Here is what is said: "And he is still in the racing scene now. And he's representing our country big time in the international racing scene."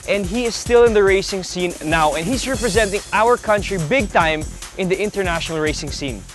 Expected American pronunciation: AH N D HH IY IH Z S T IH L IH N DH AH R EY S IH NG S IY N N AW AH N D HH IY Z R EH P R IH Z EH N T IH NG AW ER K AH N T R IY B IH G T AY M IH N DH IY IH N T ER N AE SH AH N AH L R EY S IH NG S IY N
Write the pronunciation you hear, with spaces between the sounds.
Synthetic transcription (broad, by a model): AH N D HH IY IH Z S T IH L IH N DH AH R EY S IH NG S IY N N AW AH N HH IY Z R EH P R IH Z EH N T IH NG AW ER K AH N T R IY B IH G T AY M IH N DH IY IH N T ER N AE SH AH N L R EY S IH NG S IY N